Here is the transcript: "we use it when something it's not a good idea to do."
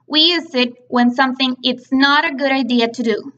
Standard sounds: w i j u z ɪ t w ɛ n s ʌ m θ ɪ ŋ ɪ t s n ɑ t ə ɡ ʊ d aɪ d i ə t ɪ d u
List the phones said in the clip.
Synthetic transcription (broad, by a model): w i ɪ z ɪ t w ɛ n s ʌ m θ ɪ ŋ ɪ t s n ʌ t ə ɡ ʊ d aɪ d i ə t ɪ d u